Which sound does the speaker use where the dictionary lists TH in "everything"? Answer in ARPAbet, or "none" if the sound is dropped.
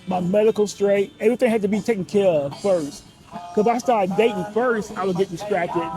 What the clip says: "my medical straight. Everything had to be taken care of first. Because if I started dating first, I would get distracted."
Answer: TH